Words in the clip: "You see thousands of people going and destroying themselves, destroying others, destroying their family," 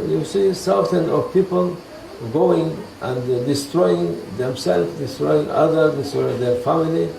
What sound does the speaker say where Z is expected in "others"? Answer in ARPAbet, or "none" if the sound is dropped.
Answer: none